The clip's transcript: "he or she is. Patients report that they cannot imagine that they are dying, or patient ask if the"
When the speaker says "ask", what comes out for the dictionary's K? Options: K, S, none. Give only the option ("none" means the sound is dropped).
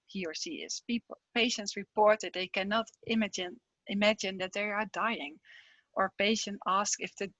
K